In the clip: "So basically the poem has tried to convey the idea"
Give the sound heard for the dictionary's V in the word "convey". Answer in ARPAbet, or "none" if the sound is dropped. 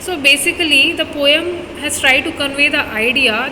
V